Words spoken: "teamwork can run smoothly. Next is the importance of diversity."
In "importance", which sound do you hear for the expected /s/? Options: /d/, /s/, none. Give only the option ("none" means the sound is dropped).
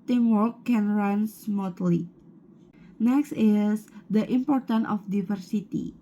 none